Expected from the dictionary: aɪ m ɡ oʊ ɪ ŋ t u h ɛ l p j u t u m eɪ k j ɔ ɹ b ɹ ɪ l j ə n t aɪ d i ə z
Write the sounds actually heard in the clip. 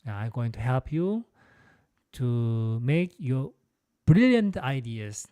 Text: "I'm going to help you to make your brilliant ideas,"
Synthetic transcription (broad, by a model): aɪ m ɡ oʊ ɪ ŋ t u h ɛ l p j u t u m eɪ k j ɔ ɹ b ɹ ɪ l j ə n t aɪ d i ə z